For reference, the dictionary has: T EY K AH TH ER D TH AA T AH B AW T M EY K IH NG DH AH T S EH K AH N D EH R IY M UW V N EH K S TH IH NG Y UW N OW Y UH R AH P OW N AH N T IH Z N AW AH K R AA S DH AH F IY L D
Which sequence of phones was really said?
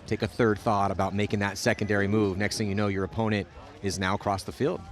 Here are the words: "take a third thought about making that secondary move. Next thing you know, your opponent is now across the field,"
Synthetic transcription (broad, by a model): T EY K AH TH ER D TH AA T AH B AW T M EY K IH NG DH AH T S EH K AH N D EH R IY M UW V N EH K S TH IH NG Y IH N OW Y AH R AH P OW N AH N T IH Z N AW AH K R AA S DH AH F IY L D